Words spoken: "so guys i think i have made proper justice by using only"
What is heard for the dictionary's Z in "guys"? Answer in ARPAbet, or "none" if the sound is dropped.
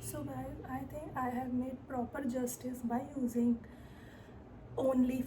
none